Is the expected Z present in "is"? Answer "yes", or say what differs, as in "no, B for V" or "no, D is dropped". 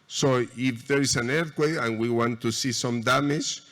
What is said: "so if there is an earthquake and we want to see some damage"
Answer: no, S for Z